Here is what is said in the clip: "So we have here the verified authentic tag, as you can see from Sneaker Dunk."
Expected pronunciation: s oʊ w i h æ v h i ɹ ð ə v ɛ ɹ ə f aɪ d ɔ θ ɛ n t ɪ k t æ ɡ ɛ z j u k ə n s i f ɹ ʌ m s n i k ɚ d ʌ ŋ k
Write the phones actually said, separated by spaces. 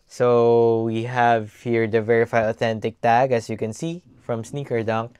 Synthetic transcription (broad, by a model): s oʊ w i h æ v h i ɹ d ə v ɛ ɹ ə f aɪ d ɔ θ ɛ n t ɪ k t æ ɡ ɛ s j u k ə n s i f ɹ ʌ m s n i k ɚ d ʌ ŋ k